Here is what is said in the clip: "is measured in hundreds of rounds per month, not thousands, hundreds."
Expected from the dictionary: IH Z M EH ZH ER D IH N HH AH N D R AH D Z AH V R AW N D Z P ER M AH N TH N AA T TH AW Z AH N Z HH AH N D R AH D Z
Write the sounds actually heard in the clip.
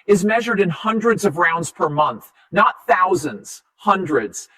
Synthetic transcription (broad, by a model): IH Z M EH ZH ER D IH N HH AH N D R AH D Z AH V R AW N D Z P ER M AH N TH N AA T TH AW Z AH N Z HH AH N D R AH D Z